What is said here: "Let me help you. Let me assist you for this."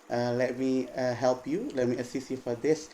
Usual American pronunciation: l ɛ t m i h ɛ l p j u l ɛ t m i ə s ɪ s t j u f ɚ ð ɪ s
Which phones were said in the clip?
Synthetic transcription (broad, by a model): l ɛ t m i h ɛ l p j u l ɛ t m i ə s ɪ s j u f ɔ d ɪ s